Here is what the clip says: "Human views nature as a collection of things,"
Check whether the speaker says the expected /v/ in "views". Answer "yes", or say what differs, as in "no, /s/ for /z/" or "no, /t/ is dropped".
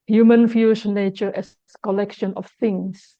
no, /f/ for /v/